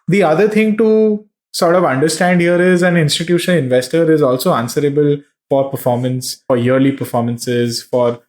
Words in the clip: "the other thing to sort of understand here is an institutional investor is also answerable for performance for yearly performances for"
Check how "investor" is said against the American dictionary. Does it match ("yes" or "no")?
yes